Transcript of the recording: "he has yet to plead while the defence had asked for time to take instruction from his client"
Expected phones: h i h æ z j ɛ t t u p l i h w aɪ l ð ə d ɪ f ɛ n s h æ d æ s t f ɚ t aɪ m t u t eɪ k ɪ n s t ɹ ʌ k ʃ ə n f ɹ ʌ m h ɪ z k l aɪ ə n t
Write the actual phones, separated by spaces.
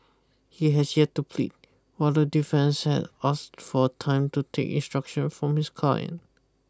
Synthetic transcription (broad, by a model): h i h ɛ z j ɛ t t u p l i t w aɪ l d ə d ɪ f ɛ n s h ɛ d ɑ s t f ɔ t aɪ m t u t eɪ k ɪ n s t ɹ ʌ k ʃ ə n f ɹ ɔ m h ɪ s k aɪ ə n